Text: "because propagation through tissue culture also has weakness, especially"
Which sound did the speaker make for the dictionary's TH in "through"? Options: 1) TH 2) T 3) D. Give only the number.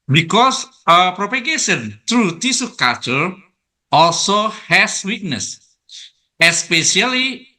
2